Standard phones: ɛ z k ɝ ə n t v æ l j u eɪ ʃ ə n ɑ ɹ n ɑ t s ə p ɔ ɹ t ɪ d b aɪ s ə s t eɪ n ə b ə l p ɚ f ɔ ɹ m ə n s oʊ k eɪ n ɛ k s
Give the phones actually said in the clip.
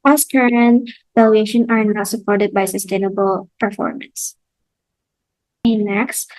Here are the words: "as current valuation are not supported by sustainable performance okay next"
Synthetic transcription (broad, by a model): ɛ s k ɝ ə n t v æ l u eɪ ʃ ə n ɑ ɹ n ɑ t s ə p ɔ ɹ t ɪ d b aɪ s ə s t eɪ n ə b ə l p ɚ f ɔ ɹ m ə n s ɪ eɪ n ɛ k s